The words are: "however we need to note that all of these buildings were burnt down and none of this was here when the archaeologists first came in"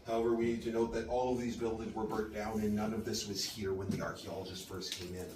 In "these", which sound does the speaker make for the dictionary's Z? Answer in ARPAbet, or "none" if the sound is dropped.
Z